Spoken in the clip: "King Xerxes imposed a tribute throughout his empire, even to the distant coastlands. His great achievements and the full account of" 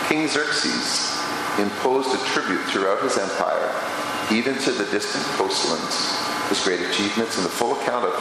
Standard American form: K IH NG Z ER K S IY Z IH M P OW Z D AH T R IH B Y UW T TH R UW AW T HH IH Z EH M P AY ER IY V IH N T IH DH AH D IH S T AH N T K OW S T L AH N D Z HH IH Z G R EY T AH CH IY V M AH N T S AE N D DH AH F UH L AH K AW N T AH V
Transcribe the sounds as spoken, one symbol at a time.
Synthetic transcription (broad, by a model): K IH NG Z ER K S IY Z IH M P OW Z D AH T R IH B Y UW T TH R UW AW T HH IH Z EH M P AY ER IY V IH N T IH DH AH D IH S T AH N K OW S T L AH N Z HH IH Z G R EY T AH CH IY V M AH N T S N DH AH F UH L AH K AW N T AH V